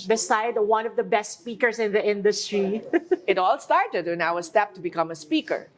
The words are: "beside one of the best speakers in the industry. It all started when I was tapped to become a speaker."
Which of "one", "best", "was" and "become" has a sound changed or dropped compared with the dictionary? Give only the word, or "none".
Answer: was